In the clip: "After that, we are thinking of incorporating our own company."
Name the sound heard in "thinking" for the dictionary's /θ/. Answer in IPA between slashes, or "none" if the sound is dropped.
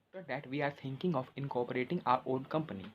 /t/